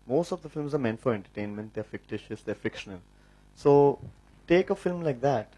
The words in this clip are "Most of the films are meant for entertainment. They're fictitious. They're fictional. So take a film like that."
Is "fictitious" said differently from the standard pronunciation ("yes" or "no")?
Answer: no